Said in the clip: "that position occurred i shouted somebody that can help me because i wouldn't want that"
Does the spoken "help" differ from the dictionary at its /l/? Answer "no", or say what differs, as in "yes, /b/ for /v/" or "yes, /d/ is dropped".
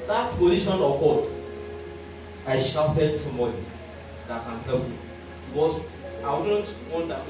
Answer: yes, /l/ is dropped